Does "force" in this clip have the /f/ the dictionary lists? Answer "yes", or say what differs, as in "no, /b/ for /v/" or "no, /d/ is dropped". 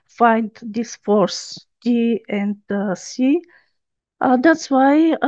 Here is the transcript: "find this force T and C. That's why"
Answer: yes